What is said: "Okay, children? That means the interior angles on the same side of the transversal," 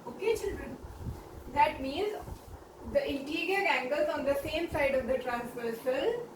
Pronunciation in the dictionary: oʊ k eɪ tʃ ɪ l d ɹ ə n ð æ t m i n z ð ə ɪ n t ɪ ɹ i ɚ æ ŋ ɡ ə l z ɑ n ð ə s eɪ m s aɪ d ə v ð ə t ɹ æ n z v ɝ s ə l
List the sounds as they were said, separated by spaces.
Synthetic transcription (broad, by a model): oʊ k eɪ tʃ ɪ l d ɹ ə n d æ t m i n z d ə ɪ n t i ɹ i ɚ æ ŋ ɡ ə l z ɑ n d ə s eɪ m s aɪ d ə v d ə t ɹ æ n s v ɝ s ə l